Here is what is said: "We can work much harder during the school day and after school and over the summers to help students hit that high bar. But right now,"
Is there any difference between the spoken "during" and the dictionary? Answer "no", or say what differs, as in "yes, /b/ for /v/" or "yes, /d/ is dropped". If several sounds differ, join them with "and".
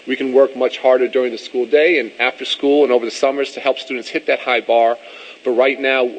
no